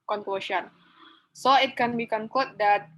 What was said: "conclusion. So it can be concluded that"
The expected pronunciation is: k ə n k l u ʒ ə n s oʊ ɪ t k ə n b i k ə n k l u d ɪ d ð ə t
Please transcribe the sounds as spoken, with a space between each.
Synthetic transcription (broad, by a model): k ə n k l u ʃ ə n s oʊ ɪ t k ə n b i k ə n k u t d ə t